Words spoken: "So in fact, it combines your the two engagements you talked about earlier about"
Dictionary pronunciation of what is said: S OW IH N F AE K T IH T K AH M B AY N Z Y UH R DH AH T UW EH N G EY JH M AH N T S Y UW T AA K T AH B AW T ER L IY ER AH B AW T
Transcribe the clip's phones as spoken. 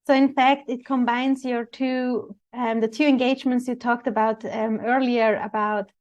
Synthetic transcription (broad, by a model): S OW IH N F AE K T IH T K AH M B AY N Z Y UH R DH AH T UW EH N G EY JH M AH N T S Y UW T AA K T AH B AW T ER L IY ER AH B AW T